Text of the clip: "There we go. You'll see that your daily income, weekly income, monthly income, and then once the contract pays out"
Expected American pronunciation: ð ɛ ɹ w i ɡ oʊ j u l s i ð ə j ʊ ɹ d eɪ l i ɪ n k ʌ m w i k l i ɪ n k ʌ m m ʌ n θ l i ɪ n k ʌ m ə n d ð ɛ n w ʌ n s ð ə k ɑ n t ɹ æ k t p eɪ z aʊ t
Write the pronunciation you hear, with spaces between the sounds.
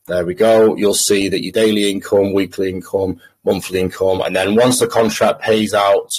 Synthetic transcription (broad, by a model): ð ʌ w i ɡ oʊ j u l s i ð ə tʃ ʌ d eɪ l i ɪ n k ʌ m w i k l i ɪ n k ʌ m m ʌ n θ l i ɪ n k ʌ m ə n ð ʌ n w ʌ n s ð ə k ɑ n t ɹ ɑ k p eɪ z aʊ t